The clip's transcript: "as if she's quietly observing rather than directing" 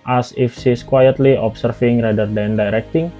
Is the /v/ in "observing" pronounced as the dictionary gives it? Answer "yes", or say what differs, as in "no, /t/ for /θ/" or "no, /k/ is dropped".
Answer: no, /f/ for /v/